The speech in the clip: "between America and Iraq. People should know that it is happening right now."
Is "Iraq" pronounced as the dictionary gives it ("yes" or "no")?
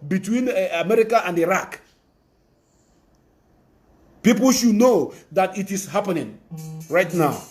yes